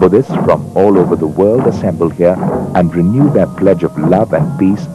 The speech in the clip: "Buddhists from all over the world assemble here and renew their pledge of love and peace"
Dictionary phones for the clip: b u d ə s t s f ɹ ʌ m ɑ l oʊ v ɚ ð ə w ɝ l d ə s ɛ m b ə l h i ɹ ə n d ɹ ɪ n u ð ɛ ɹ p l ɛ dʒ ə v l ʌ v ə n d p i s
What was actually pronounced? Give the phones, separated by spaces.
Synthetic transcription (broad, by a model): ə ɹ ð s f ɹ ʌ m ɑ l oʊ v ɚ ð ə w ɝ l d ə s ɛ m b ə l h i ɹ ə n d ɹ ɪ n u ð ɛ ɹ p l ɛ dʒ ə v l ʌ v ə n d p i s